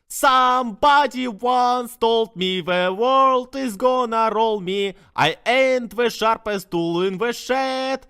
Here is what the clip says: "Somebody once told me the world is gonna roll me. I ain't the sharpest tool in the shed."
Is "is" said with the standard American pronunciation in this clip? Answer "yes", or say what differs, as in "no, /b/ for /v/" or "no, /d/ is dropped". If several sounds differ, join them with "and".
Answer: yes